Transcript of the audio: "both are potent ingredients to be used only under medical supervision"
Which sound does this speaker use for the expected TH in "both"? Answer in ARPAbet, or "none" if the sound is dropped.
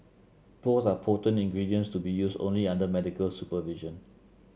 S